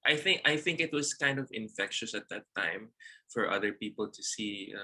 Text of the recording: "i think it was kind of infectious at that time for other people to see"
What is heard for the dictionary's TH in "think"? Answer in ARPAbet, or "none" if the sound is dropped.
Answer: TH